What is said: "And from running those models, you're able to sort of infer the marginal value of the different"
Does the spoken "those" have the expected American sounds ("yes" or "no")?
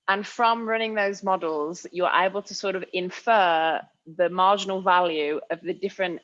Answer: yes